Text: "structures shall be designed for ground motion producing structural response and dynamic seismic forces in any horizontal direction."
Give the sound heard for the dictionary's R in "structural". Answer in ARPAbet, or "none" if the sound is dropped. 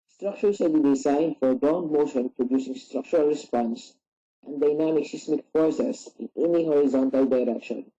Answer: R